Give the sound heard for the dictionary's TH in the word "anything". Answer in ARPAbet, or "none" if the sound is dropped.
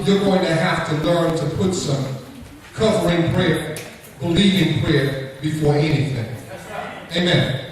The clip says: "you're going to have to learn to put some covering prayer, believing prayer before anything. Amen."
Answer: TH